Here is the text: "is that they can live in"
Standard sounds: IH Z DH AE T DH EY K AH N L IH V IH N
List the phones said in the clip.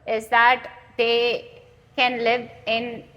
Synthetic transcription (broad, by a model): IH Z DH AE T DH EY K AH N L IH V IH N